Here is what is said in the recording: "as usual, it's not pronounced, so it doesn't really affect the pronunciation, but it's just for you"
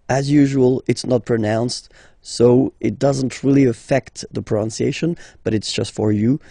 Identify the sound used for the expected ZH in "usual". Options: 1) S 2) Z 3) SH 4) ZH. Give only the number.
4